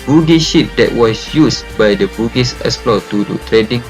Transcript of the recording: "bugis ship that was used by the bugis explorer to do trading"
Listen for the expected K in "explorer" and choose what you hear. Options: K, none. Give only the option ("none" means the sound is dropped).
none